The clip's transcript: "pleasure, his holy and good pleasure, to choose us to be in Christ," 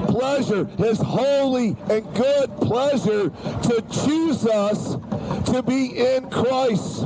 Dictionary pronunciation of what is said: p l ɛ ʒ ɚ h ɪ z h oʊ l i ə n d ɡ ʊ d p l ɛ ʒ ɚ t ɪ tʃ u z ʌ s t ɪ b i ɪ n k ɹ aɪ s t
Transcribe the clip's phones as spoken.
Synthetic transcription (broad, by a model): p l ɛ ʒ ɚ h ɪ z h oʊ l i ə n ɡ ʊ d p l ɛ ʒ ɚ t ɪ tʃ u z ʌ s t ɪ b i ɪ n k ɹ aɪ s t